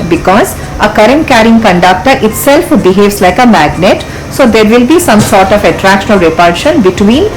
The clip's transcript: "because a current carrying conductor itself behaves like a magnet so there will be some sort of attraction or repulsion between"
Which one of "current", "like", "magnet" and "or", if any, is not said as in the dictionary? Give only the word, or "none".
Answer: or